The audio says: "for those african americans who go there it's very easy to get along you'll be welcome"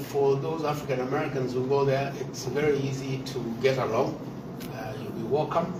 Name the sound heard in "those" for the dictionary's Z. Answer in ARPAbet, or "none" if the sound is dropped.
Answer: Z